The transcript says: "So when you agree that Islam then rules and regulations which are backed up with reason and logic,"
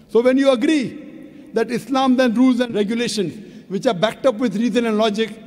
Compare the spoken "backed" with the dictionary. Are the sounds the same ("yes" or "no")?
yes